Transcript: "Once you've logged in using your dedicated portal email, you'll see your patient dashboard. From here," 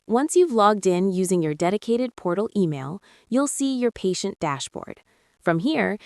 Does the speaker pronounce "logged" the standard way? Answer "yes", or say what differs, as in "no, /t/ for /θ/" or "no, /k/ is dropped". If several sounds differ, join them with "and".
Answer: yes